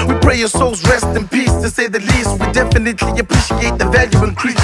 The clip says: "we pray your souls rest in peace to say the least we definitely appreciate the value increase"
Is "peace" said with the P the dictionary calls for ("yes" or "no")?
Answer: yes